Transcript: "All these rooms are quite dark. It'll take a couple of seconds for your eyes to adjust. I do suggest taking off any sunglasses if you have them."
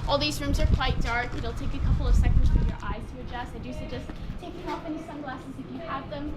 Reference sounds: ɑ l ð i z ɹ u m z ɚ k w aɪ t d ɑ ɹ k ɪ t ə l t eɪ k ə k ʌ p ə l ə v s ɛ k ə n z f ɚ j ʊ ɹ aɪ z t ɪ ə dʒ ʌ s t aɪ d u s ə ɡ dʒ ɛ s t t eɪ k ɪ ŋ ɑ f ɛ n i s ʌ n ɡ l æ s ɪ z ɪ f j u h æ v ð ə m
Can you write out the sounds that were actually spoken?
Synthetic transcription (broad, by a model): ɑ l ð i z ɹ u m z ɚ k w aɪ t d ɑ ɹ k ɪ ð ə l t eɪ k ə k ʌ p l ə v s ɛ k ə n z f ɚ j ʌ ɹ aɪ z t ɪ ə dʒ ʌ s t aɪ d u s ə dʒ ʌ s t t eɪ k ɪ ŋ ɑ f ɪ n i s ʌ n ɡ l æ s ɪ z ɪ f j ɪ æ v ð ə m